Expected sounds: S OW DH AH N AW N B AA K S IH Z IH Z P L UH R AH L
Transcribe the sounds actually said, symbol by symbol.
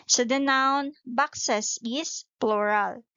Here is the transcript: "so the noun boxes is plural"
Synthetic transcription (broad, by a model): S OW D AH N AW N B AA K S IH S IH S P L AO R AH L